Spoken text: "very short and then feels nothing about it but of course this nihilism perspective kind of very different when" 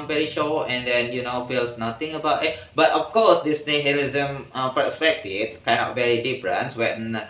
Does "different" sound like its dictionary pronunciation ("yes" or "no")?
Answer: no